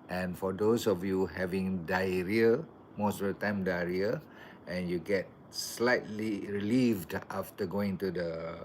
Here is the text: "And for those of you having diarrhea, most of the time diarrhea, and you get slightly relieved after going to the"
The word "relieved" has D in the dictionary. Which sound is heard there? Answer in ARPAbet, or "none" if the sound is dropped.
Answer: D